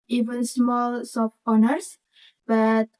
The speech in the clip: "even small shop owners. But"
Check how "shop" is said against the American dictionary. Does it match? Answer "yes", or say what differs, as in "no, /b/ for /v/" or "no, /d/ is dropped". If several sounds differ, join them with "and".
no, /s/ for /ʃ/ and /f/ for /p/